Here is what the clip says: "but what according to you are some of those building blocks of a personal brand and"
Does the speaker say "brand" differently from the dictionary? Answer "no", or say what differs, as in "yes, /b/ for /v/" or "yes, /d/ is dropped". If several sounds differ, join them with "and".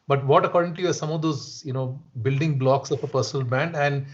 yes, /ɹ/ is dropped